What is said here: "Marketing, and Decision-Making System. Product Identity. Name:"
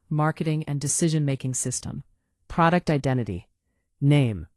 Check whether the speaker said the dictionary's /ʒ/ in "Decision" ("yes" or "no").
yes